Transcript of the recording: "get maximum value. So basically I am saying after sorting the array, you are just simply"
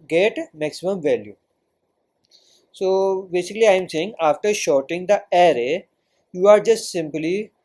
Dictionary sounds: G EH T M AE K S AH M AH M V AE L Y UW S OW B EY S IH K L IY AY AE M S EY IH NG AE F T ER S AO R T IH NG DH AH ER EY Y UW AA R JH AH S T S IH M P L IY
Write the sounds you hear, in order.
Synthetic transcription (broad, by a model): G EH T M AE K S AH M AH M V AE L Y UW S OW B EY S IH K L IY AY M S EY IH NG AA F T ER SH AO R T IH NG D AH ER EY Y UW AA R JH AH S T S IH M P L IY